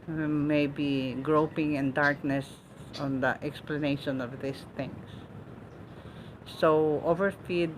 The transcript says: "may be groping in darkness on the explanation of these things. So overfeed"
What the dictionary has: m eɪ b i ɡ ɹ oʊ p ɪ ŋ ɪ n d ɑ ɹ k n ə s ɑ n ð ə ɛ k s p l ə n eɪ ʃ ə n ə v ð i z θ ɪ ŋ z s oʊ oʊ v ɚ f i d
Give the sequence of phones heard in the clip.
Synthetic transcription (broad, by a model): m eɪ b i ɡ ɹ oʊ p ɪ ŋ ɪ n d ɑ ɹ k n ə s ɑ n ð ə ɛ k s p l ə n eɪ ʃ ə n ə v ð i s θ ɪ ŋ s oʊ oʊ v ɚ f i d